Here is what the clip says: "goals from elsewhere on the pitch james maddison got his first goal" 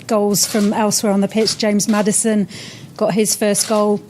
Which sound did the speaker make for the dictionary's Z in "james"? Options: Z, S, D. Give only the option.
Z